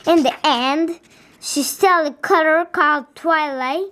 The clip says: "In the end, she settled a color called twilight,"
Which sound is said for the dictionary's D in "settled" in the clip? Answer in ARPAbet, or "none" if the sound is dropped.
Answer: none